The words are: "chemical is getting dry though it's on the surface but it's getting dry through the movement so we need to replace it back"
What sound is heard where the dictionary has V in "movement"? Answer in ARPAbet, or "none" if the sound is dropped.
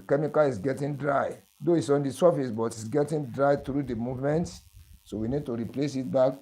V